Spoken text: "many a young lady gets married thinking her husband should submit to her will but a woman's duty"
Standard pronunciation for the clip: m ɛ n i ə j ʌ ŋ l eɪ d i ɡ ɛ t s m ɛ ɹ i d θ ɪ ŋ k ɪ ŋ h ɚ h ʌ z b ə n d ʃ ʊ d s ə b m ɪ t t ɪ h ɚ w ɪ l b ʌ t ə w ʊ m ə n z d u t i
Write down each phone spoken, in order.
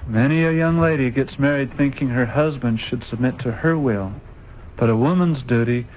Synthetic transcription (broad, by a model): m ɛ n i ə j ʌ ŋ l eɪ d i ɡ ɛ t s m ɛ ɹ i d θ ɪ ŋ k ɪ ŋ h ɚ h ʌ z b ə n d ʃ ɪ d s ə b m ɪ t t ɪ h ɚ w ɪ l b ʌ t ə w ʊ m ə n z d u t i